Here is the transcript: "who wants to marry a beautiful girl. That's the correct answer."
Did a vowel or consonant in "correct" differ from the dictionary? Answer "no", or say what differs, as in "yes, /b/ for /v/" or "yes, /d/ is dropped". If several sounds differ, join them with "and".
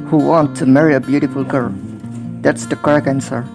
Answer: yes, /t/ is dropped